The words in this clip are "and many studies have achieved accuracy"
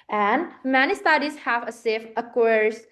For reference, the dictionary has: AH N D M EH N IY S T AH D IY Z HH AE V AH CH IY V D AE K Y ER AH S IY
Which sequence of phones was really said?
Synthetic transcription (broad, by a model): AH N D M EH N IY S T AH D IY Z HH AE V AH S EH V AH K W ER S